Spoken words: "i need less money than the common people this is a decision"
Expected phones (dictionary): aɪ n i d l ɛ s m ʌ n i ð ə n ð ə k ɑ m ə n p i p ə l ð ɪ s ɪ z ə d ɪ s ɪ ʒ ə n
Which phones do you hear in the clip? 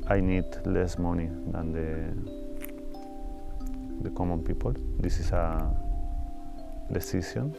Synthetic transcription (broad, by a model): aɪ n i d l ɛ s m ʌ n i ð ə n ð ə k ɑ m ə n p i p ə l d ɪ s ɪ s ə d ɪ s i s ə n